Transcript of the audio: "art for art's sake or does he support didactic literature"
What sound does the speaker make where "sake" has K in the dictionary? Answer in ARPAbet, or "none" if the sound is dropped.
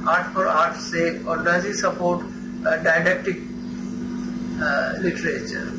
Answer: none